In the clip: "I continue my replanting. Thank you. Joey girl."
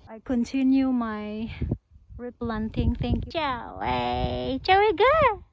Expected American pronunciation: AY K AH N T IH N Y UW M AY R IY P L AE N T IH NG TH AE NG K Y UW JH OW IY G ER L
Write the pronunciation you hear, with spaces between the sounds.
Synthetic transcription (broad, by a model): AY K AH N T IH N Y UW M AY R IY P L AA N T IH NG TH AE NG K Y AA CH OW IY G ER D